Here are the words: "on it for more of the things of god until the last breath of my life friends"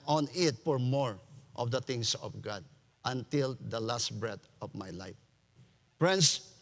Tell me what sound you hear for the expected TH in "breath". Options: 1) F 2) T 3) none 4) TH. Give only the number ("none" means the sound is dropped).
2